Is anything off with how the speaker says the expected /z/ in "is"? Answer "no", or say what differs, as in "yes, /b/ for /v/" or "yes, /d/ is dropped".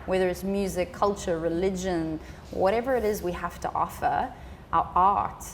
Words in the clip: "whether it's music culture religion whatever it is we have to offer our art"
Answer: no